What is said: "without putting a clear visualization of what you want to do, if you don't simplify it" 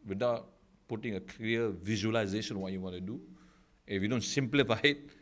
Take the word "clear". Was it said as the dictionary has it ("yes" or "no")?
no